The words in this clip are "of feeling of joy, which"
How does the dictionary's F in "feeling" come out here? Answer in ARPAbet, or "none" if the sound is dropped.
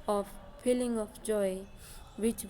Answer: P